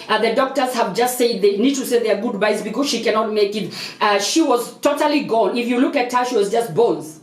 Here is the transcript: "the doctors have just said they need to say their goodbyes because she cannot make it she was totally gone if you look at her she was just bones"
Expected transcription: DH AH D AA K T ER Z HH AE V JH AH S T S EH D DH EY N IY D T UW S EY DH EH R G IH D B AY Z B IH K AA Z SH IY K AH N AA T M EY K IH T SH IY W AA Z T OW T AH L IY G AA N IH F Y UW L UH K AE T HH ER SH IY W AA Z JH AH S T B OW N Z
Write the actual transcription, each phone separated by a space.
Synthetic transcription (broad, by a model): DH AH D AA K T ER Z HH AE V JH AH S T S EH D DH EY N IY D T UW S EY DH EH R G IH D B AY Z B IH K AA Z SH IY K AH N AA T M EY K IH T SH IY W AA Z T OW T AH L IY G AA L IH F Y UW L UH K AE T HH ER SH IY W AA Z JH AH S T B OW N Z